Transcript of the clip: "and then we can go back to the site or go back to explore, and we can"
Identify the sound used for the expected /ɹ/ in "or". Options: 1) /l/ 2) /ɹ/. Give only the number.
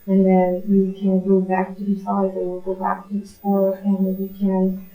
1